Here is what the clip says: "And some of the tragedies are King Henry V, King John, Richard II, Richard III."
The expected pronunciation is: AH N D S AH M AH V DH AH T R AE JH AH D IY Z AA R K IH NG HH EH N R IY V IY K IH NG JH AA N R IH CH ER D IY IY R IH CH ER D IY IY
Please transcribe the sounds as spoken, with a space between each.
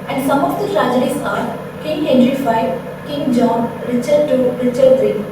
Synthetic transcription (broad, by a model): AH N D S AH M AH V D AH T R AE JH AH D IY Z AA R K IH NG HH EH N R IY F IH K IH NG JH AA N R IH CH ER D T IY R IH CH ER D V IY